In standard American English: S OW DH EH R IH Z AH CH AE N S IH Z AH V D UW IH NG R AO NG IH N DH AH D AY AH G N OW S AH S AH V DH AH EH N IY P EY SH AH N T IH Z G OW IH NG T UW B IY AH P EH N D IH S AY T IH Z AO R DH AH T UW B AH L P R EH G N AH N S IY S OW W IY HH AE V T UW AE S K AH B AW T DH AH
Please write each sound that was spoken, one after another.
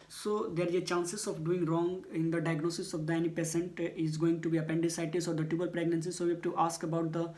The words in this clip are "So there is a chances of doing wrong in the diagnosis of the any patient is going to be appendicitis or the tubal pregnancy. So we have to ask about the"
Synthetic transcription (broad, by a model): S OW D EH R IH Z AH CH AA N S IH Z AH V D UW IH NG R AO NG IH N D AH D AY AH G N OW S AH S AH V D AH EH N IY P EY S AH N T IH Z G OW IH NG T UW B IY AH P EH N D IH S AY T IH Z AO R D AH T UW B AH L P R EH G N AH N S IY S OW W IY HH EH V T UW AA S K AH B AW T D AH